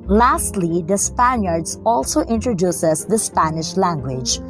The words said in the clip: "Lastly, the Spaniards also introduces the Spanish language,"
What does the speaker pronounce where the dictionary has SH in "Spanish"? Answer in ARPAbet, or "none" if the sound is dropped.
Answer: SH